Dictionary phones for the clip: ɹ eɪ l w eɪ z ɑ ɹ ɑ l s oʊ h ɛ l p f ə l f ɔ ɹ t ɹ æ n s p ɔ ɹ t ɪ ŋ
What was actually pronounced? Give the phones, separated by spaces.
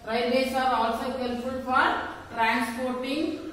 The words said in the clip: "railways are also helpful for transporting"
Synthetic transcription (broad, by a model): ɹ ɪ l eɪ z ɑ ɹ ɑ l s oʊ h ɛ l f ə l f ɔ ɹ t ɹ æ n s p ɔ ɹ t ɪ ŋ